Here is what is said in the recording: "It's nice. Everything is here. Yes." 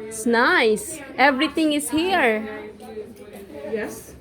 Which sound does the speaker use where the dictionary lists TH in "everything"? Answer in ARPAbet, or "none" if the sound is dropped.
T